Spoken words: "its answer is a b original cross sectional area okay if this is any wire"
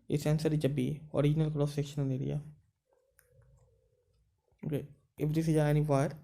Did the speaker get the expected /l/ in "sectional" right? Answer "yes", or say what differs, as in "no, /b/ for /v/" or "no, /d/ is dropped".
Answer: no, /n/ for /l/